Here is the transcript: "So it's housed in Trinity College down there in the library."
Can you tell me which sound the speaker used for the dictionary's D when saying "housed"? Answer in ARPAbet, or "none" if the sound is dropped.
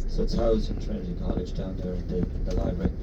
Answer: none